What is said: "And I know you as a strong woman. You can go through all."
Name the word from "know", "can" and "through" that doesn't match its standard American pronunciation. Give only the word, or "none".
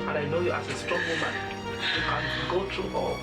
through